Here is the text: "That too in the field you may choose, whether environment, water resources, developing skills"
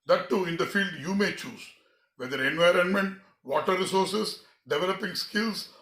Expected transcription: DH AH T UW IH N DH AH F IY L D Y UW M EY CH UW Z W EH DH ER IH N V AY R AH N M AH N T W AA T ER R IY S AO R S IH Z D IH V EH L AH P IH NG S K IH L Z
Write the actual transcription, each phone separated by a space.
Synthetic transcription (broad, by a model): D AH T UW IH N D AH F IY L D Y UW M EY CH UW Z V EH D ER IH N V AY R AH N M AH N T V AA T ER R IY S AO R S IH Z D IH V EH L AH P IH NG S K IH L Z